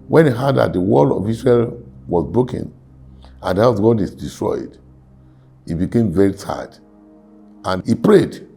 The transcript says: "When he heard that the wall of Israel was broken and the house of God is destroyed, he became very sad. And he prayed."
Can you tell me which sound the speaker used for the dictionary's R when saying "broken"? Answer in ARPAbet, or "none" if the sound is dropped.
R